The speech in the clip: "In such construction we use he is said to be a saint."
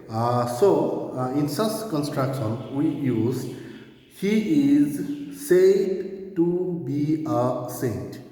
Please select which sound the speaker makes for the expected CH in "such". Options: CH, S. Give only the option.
S